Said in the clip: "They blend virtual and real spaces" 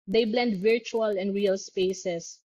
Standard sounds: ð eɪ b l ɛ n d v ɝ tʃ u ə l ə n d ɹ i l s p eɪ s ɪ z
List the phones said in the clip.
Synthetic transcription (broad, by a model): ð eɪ b l ɛ n d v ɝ tʃ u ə l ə n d ɹ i l s p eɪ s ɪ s